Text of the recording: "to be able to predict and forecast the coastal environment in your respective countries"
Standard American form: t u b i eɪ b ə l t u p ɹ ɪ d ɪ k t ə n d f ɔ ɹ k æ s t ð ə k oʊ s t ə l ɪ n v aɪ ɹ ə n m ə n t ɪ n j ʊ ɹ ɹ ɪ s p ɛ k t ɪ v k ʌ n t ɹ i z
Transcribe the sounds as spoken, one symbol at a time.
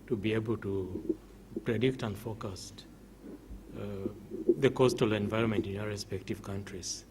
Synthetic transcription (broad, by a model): t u b i eɪ b ə l t u p ɹ ɪ d ɪ k t ə n d f ɔ k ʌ s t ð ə k oʊ s t ə l ɪ n v aɪ ɹ ə n m ə n t ɪ n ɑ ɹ ɹ ɪ s p ɛ k t ɪ v k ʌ n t ɹ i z